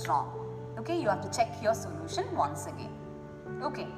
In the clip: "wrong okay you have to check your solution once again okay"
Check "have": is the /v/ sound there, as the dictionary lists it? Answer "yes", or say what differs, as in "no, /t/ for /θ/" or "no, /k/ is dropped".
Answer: no, /f/ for /v/